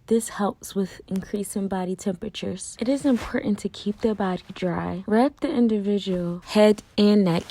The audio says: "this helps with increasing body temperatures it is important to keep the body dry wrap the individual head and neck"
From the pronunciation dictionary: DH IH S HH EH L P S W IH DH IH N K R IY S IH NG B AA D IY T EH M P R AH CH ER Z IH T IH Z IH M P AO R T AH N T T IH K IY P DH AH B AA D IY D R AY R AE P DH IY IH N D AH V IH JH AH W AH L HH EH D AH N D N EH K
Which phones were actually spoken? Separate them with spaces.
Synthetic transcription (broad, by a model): DH IH S HH EH L P S W IH DH IH N K R IY S IH NG B AA D IY T EH M P R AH CH ER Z IH T IH Z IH M P AO R T N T T IH K IY P DH AH B AA D IY D R AY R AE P DH IY IH N D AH V IH JH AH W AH L HH EH D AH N N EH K